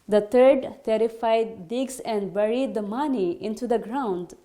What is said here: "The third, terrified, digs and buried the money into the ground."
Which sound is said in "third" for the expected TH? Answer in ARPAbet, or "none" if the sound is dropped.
T